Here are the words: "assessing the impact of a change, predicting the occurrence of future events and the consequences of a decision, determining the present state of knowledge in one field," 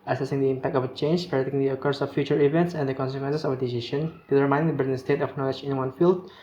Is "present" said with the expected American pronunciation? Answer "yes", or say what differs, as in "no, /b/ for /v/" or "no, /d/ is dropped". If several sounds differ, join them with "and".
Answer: no, /n/ is dropped